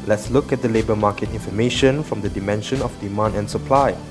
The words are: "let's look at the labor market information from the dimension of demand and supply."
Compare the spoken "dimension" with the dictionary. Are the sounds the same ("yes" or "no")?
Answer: yes